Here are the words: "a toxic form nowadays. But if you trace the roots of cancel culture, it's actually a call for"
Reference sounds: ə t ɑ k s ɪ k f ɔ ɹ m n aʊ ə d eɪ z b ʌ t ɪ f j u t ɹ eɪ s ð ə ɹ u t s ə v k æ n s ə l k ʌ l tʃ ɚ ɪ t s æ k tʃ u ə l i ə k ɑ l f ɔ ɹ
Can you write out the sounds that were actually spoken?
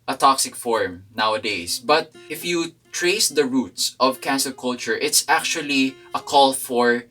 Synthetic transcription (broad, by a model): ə t ɑ k s ɪ k f ɔ ɹ m n aʊ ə d eɪ s b ʌ t ɪ f j u t ɹ eɪ s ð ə ɹ u t s ə v k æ n s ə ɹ k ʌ l tʃ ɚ ɪ t s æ k tʃ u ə l i ə k ɑ l f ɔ ɹ